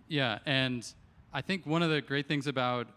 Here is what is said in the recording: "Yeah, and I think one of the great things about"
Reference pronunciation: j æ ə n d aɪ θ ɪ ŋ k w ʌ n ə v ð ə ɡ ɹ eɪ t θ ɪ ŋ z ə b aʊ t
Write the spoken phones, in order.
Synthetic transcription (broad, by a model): j æ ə n aɪ θ ɪ ŋ k w ʌ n ə v ð ə ɡ ɹ eɪ t θ ɪ ŋ z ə b aʊ t